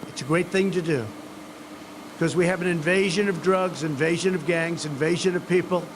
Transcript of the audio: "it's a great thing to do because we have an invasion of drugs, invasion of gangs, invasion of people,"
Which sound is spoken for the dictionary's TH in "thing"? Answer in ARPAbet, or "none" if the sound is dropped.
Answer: TH